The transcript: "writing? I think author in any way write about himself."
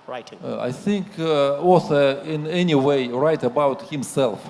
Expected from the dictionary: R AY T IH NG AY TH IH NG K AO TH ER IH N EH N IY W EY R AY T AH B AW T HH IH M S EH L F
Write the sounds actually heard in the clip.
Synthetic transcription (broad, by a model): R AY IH TH IH NG K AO S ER IH N EH N IY W EY R AY T AH B AW T HH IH M S EH L F